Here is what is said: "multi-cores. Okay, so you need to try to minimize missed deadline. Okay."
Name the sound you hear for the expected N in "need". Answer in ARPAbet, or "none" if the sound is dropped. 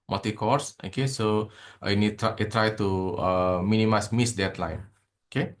N